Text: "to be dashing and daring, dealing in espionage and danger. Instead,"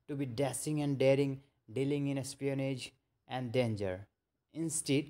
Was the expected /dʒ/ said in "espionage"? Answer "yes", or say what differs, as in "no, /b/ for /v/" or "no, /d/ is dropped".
yes